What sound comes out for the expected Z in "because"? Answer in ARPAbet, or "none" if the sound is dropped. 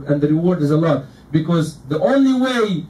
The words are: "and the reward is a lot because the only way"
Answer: Z